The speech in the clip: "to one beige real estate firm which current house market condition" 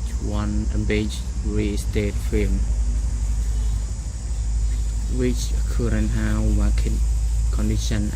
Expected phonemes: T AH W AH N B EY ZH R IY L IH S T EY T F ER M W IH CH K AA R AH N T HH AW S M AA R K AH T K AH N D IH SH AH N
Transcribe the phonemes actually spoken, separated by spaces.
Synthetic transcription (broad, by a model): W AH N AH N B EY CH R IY S T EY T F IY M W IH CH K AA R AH N HH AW M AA K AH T K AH N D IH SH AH N